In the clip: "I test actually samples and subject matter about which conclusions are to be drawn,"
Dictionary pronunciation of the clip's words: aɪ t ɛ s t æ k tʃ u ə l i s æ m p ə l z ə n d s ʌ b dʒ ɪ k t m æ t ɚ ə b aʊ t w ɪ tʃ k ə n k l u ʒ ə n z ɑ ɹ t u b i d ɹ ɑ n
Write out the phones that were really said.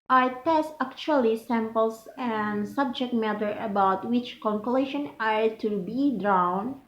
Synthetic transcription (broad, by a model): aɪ t ɛ s t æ k tʃ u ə l i s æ m p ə l s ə n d s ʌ b dʒ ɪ k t m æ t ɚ ə b aʊ t w ɪ tʃ k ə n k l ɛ ʃ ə n ɑ ɹ t u b i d ɹ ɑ n